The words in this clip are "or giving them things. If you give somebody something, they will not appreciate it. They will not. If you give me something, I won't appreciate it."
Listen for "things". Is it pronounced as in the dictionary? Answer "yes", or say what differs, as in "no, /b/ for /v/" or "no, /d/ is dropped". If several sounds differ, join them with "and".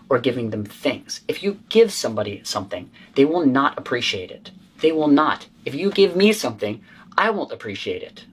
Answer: yes